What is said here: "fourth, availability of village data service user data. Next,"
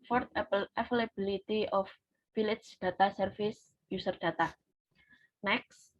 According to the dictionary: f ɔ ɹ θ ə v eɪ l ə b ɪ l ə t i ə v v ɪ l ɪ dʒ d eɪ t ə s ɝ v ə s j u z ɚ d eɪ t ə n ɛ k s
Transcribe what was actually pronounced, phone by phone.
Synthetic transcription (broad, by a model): f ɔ ɹ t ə f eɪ l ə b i l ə t i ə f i l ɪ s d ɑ t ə s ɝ f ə s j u s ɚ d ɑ t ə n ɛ k s